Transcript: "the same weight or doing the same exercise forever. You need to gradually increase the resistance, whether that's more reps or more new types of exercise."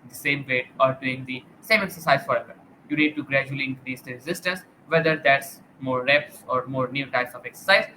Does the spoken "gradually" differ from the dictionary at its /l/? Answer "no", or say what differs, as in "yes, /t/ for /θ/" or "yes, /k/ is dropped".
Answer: no